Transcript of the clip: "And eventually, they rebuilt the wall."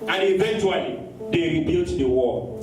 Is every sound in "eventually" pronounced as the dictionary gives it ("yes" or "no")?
yes